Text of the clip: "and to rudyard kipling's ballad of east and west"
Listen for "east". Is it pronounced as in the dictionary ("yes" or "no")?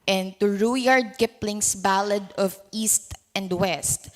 yes